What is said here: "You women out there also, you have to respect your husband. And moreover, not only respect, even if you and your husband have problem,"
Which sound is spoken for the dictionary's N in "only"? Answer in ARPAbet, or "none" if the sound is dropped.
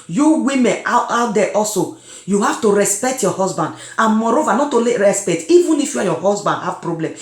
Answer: none